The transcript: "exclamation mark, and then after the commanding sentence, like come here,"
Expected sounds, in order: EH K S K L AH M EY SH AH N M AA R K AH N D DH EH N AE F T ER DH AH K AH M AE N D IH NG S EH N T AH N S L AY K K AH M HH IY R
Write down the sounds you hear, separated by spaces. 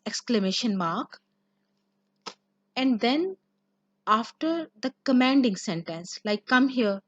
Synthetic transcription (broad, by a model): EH K S K L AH M EY SH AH N M AA R K AH N D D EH N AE F T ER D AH K AH M AE N D IH NG S EH N T AH N S L AY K K AH M HH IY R